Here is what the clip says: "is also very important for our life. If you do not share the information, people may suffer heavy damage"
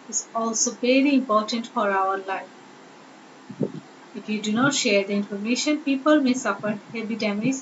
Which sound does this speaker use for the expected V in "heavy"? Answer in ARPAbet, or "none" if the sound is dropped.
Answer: B